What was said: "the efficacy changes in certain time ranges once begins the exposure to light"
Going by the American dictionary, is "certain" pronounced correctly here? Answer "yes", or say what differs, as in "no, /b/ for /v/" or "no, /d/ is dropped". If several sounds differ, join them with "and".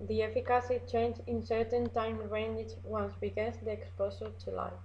yes